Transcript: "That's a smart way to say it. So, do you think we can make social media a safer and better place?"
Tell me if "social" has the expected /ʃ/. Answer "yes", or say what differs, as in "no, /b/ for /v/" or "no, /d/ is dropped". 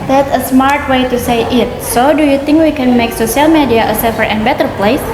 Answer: no, /s/ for /ʃ/